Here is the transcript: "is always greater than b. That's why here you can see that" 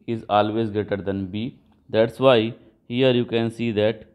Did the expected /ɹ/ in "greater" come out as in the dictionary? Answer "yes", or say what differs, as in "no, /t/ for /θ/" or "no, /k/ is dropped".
no, /ɹ/ is dropped